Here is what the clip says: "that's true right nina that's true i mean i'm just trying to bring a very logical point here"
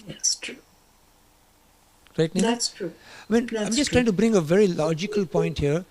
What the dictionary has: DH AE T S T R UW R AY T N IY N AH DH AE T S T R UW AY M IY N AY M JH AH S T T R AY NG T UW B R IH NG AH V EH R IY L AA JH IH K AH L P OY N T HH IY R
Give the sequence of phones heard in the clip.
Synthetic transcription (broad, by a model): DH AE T S T R UW R AY T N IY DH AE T S T R UW AY M IY N AY M JH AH S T T R AY NG T UW B R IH NG AH V EH R IY L AA JH IH K AH L P OY N T HH IY R